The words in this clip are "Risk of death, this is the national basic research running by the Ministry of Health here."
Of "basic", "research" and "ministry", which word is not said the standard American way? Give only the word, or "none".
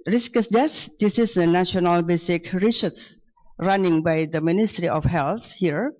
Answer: research